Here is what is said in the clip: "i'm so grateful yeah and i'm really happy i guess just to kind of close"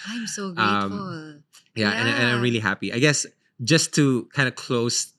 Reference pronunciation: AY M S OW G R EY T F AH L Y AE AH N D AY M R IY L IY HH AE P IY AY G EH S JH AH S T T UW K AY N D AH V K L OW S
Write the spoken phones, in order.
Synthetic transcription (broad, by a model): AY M S OW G AH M L Y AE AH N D AY M R IY L IY HH AE P IY AY G EH S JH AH S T T UW K AY N D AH K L OW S